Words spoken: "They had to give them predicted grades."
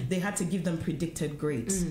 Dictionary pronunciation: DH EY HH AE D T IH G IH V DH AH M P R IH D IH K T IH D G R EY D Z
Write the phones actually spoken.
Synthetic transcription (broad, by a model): DH EY HH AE D T IH G IH V DH AH M P R IH D IH K T IH D G R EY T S